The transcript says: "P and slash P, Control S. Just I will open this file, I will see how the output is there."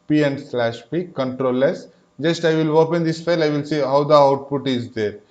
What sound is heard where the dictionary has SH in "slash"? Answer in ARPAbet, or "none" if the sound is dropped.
SH